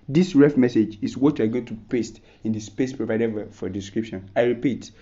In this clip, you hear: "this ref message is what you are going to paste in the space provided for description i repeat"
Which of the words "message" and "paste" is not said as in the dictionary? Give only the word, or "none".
none